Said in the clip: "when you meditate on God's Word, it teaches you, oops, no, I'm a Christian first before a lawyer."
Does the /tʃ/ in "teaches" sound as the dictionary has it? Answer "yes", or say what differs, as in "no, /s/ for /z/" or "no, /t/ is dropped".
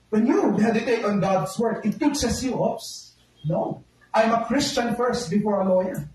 no, /s/ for /tʃ/